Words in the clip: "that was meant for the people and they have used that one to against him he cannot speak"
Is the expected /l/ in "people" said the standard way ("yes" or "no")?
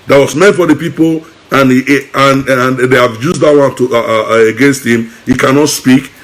no